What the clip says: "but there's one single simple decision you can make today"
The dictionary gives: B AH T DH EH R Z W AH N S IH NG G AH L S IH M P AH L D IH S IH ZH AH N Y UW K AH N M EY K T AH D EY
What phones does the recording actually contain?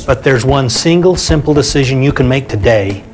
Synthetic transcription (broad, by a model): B AH T DH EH R Z W AH N S IH NG G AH L S IH M P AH L D IH S IH ZH AH N Y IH K AH N M EY K T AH D EY